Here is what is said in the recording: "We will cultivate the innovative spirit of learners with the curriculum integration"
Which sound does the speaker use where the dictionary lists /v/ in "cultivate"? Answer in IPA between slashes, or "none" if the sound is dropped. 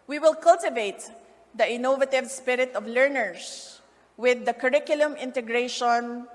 /v/